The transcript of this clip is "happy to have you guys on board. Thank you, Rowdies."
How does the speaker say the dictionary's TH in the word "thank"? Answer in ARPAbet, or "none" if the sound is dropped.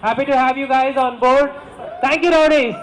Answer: T